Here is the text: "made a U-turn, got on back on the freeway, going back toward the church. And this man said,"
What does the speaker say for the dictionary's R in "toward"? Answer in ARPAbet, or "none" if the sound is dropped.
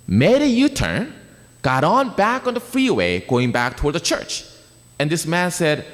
R